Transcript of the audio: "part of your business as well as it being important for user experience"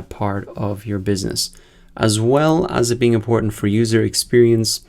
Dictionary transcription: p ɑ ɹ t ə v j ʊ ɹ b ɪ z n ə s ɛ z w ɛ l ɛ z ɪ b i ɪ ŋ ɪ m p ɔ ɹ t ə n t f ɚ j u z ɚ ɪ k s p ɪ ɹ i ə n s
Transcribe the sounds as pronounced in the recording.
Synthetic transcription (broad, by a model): p ɑ ɹ t ə v j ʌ ɹ b ɪ z n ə s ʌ z w ɛ l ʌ z ɪ b i ɪ ŋ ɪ m p ɔ ɹ t n t f ɚ j u z ɚ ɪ k s p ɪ ɹ i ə n s